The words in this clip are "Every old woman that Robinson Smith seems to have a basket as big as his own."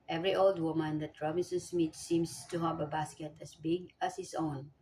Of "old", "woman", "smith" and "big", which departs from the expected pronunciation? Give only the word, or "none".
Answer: smith